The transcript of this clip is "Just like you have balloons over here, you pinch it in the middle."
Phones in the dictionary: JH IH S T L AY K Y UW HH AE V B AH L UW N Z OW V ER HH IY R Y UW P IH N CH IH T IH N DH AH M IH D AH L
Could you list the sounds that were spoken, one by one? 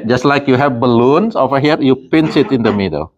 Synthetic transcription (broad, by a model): JH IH S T L AY K Y UW HH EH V B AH L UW N S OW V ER HH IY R Y UW P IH N S IH T IH N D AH M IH D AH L